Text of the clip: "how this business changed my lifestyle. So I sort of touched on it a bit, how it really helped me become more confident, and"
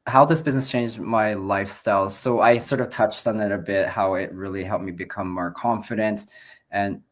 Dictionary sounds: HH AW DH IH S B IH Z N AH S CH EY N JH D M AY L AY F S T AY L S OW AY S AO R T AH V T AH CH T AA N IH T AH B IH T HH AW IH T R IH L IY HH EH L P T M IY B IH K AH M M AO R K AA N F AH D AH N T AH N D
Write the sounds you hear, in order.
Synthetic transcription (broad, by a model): HH AW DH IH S B IH Z N AH S CH EY N JH M AY L AY F S T AY L S OW AY S AO R T AH V T AH CH T N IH T AH B IH T HH AW IH T R IH L IY HH EH L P M IY B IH K AH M M AO R K AA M F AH D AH N T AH N